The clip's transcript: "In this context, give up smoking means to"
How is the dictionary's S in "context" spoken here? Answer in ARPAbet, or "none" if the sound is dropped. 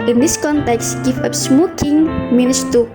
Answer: S